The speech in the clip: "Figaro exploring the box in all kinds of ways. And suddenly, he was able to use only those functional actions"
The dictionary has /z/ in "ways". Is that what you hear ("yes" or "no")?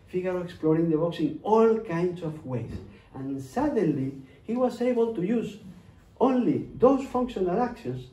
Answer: no